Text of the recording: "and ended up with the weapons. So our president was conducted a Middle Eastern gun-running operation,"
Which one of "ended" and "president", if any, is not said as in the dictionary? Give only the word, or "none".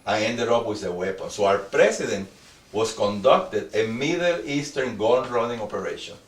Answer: president